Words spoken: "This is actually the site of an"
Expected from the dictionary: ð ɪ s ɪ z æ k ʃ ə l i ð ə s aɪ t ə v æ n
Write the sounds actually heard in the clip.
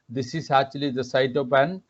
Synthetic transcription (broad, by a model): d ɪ s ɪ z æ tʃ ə l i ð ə s aɪ t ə p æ n